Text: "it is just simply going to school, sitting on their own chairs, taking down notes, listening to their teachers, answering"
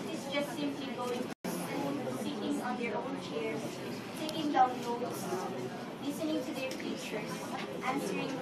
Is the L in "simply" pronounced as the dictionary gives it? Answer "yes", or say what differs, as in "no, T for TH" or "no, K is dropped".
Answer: no, L is dropped